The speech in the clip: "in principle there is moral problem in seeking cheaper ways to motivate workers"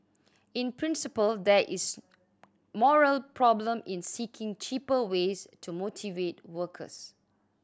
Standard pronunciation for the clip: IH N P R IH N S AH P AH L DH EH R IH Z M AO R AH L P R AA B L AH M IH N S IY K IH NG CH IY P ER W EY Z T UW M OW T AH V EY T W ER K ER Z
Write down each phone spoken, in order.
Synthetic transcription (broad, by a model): IH N P R IH N S AH P AH L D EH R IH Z M AO R AH L P R AA B L AH M IH N S IY K IH NG CH IY P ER W EY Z T UW M OW T AH V EY T W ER K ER S